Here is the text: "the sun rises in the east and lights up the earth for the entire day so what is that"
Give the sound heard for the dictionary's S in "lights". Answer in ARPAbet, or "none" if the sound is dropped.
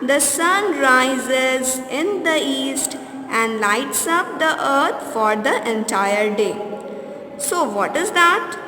S